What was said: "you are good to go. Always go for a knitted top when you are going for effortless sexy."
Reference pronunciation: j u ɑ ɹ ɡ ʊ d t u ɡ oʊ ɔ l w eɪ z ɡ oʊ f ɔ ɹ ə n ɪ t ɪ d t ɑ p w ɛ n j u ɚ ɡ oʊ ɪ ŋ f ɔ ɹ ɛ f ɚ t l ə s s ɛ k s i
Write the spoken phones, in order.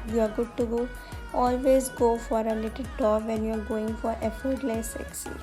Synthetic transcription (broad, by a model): j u ɑ ɹ ɡ ʊ d t u ɡ oʊ ɔ l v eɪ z ɡ oʊ f ɔ ɹ ə l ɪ t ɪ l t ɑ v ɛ n j u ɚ ɡ oʊ ɪ ŋ f ɔ ɹ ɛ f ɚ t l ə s s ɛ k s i